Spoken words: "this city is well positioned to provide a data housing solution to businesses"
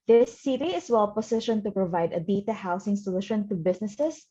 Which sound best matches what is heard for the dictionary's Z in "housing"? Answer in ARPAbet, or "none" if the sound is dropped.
S